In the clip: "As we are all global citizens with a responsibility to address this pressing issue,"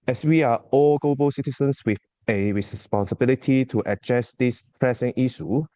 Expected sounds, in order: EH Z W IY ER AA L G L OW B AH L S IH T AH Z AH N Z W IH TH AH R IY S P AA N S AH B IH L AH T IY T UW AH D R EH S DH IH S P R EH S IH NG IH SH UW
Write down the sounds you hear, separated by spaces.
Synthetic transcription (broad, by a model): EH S W IY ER AA L G L OW B AH L S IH T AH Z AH N S W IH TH AH R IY S P AA N S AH B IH L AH T IY T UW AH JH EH S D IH S P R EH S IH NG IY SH UW